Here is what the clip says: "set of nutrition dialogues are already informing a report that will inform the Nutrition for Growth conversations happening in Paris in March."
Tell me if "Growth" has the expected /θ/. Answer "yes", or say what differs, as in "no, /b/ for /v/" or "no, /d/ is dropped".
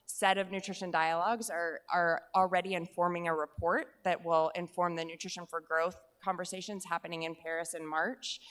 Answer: yes